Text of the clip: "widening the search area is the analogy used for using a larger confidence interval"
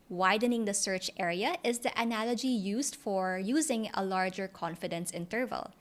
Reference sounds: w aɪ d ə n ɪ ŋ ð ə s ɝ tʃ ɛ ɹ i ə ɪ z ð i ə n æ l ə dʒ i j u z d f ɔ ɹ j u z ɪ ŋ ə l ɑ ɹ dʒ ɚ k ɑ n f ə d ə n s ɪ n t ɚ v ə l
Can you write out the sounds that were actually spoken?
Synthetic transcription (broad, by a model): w aɪ d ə n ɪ ŋ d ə s ɝ tʃ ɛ ɹ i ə ɪ z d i ə n æ l ə dʒ i j u z d f ɔ ɹ j u z ɪ ŋ ə l ɑ ɹ dʒ ɚ k ɑ n f ə d ə n s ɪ n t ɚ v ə l